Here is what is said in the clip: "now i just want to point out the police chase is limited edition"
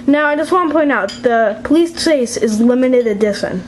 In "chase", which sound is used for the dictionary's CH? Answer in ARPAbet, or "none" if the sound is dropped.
S